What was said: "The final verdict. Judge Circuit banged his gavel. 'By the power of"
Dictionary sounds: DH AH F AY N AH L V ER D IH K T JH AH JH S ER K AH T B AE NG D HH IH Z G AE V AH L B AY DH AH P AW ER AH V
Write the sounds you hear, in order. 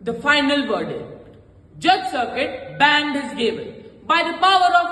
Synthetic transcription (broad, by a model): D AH F AY N AH L V ER D IH K T JH AH JH S ER K AH T B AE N D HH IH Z G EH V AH N B AY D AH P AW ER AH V